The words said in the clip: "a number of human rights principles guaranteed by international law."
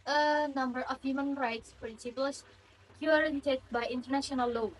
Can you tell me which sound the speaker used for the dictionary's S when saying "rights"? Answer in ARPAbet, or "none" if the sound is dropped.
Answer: S